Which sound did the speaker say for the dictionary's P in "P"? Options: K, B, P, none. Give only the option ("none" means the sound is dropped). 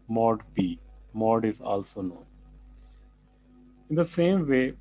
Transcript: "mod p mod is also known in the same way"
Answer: B